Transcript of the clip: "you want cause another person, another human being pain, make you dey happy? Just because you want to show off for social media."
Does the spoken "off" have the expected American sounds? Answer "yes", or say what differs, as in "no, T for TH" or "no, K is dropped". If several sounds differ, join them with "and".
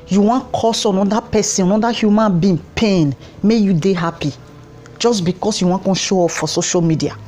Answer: no, P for F